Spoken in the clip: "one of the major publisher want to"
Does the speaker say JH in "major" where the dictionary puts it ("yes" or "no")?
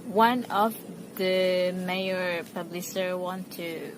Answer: no